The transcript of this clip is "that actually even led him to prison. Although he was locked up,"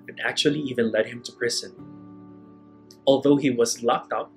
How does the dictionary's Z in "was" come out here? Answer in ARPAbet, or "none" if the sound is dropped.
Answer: Z